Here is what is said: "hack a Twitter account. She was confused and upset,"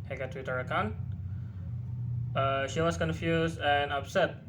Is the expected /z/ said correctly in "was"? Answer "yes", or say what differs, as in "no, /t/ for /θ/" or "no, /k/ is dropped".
no, /s/ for /z/